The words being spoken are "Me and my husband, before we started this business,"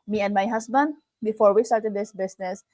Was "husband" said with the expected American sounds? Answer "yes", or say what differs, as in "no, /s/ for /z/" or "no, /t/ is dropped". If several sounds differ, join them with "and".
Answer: no, /s/ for /z/